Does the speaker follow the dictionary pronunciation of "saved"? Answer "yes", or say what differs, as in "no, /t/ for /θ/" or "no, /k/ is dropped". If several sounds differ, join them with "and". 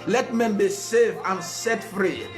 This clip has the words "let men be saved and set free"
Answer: no, /d/ is dropped